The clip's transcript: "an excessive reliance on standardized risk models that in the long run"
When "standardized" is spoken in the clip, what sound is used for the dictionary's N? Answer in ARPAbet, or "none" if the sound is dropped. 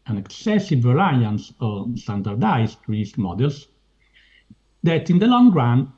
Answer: none